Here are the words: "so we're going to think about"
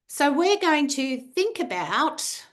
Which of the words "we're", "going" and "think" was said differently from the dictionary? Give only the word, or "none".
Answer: none